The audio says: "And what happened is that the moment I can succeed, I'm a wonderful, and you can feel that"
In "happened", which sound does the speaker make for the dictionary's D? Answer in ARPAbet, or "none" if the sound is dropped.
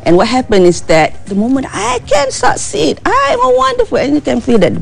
none